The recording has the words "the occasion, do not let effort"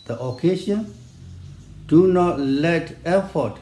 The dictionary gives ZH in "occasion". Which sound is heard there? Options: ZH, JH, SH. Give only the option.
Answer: SH